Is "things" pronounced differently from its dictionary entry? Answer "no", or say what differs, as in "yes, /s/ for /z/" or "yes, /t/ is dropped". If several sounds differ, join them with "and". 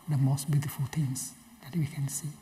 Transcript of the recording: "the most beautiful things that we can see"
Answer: yes, /t/ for /θ/